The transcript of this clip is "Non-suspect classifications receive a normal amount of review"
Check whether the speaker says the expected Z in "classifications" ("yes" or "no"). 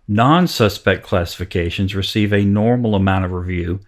yes